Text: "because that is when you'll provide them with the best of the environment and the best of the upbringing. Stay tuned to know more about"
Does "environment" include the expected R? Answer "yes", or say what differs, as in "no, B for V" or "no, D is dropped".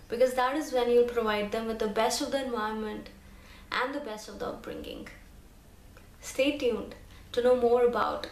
no, R is dropped